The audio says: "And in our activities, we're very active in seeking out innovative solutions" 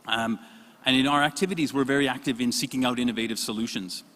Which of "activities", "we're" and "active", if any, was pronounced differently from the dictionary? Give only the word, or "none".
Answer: none